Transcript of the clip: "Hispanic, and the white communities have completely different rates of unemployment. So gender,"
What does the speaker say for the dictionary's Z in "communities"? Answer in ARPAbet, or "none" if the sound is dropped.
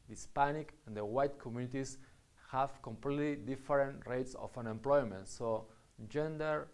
S